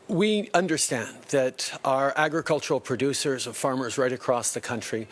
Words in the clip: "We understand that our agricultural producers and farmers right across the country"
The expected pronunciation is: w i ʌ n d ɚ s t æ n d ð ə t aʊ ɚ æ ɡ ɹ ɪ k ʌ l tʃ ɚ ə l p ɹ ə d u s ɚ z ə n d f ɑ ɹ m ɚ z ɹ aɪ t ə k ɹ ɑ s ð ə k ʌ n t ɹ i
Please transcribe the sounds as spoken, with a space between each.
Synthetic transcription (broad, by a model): w i ʌ n d ɚ s t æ n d ð ə t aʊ ɚ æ ɡ ɹ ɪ k ʌ l tʃ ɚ l p ɹ ə d u s ɚ z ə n f ɑ ɹ m ɚ z ɹ aɪ t ə k ɹ ɑ s ð ə k ʌ n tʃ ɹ i